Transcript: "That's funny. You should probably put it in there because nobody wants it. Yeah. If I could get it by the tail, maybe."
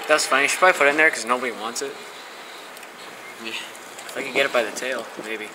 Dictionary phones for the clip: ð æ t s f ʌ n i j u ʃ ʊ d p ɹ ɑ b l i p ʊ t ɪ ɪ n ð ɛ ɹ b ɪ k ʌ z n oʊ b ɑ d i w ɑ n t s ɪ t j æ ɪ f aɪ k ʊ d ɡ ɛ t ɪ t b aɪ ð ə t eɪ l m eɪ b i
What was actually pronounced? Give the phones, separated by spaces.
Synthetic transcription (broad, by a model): ð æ t s f ʌ n i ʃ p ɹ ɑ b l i f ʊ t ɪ ɪ n ð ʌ ɹ k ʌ z n oʊ b ɑ d i w ɑ n t s ɪ t j æ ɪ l aɪ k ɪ ɡ ɛ t ɪ t b aɪ ð ə t eɪ l m eɪ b i